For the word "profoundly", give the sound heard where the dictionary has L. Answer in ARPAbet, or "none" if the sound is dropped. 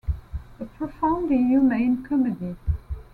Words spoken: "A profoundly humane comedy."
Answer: none